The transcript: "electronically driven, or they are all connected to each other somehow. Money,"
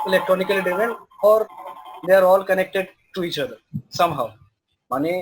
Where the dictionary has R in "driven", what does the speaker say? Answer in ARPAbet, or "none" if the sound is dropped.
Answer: none